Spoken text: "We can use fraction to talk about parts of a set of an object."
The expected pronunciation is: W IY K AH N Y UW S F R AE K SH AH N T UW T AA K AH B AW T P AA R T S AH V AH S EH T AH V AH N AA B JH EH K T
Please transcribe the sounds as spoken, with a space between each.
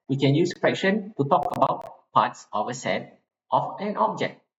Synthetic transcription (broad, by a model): W IY K AH N Y UW S P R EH K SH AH N T UW T AA K AH B AW T P AA T S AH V AH S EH T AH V AH N AA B JH EH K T